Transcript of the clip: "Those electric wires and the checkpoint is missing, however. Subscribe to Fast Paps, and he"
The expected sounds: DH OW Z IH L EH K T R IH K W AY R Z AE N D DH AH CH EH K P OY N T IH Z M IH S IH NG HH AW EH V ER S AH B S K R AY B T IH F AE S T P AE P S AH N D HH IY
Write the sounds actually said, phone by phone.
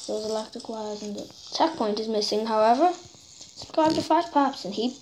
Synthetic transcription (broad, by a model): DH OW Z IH L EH K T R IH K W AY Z N DH AH CH EH K P OY N T IH Z M IH S IH NG HH AW EH V ER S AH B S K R AY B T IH F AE T P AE P S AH N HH IY